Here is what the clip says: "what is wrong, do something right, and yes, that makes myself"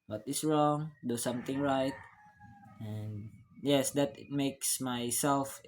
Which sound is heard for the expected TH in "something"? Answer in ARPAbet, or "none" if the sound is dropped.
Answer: T